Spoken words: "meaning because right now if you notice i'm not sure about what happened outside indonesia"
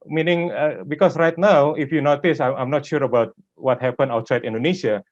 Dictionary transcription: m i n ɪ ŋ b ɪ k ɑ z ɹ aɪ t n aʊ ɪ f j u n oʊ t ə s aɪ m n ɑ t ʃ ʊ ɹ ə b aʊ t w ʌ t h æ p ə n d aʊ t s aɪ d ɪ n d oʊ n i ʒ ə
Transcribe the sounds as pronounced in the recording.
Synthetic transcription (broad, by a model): m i n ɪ ŋ b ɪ k ɑ s ɹ aɪ t n aʊ ɪ f j u n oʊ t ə s aɪ m n ɑ t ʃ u ɹ ə b aʊ t w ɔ t h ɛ p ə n aʊ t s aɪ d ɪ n d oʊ n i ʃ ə